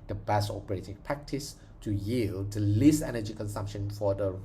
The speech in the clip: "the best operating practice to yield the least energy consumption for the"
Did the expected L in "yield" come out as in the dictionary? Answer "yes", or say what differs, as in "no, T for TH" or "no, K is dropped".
yes